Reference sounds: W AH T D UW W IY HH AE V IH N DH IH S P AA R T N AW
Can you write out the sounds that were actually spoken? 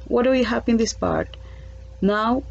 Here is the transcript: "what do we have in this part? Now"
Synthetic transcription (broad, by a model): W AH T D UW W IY HH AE P IH N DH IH S P AA R T N AW